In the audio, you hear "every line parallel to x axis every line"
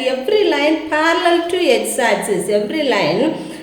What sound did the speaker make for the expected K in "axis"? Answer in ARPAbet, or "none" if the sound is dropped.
none